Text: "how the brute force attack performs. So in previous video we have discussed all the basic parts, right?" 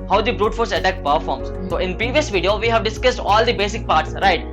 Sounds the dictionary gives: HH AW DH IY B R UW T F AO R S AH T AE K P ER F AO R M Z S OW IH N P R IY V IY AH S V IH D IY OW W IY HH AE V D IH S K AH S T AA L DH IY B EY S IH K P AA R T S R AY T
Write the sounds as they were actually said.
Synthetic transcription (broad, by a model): HH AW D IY B R UW T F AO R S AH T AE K P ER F AO R M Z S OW IH N P R IY V IY AH S V IH D IY OW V IY HH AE V D IH S K AH S T AA L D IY B EY S IH K P AA R T S R AY T